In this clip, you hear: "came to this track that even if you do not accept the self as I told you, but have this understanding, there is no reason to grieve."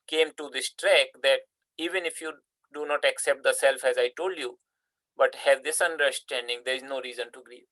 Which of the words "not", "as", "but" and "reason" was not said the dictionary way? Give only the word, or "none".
none